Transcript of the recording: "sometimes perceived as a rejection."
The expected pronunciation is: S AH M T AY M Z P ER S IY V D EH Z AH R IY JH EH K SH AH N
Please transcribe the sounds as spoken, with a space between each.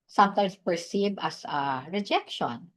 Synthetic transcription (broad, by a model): S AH M T AY M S P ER S IY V AH S AH R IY JH EH K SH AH N